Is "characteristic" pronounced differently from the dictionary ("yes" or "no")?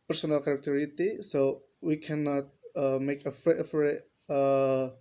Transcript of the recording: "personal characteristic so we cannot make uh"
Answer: yes